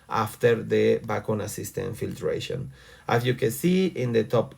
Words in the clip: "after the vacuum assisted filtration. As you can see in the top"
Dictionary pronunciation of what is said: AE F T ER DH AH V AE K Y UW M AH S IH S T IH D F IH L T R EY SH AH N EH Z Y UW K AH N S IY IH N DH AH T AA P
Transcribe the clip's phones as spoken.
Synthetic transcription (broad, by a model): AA F T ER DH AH B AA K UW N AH S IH S T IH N F IH L T R EY SH AH N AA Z Y UW K AH N S IY IH N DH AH T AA P